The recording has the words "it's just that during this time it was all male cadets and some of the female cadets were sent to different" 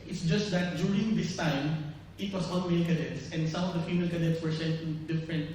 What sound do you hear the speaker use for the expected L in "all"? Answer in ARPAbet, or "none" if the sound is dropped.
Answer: N